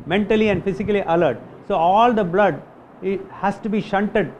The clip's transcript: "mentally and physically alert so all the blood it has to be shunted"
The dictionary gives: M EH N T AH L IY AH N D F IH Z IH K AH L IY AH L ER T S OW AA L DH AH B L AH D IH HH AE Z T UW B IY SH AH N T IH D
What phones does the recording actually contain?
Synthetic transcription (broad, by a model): M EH N T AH L IY AH N D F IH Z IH K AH L IY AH L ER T S OW AA L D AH B L AH D IH HH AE S T UW B IY SH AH N T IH D